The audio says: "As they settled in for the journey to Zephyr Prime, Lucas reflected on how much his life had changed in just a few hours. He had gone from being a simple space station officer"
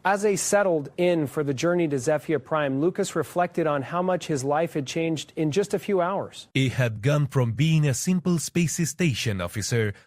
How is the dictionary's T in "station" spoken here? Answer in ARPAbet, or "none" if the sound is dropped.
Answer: T